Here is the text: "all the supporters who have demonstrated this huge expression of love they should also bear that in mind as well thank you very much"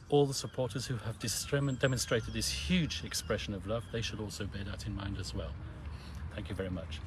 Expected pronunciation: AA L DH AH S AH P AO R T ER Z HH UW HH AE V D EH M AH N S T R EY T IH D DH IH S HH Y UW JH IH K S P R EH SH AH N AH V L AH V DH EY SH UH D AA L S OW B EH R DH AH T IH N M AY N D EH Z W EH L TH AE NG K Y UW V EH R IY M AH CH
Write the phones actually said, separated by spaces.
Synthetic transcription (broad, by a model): AA L DH AH S AH P AO R T ER Z HH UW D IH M D EH M AH N S T R EY T IH D DH IH S HH Y UW JH IH K S P R EH SH AH N AH V L AH V DH EY SH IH D AA L S OW B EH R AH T IH N M AY N D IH Z W EH L TH AE NG K Y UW V EH R IY M AH CH